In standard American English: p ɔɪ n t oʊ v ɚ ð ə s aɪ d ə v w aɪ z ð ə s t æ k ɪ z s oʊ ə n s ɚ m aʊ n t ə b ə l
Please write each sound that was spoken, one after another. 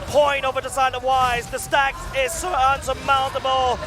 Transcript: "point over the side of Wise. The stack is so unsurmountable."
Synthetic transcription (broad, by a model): p ɔɪ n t oʊ v ɚ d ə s aɪ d ə v w aɪ z ð ə s t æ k ɪ z s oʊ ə n s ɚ m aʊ n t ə b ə l